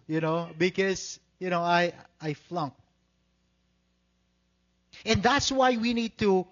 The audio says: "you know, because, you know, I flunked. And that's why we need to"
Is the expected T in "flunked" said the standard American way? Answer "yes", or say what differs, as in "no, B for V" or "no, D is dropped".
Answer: no, T is dropped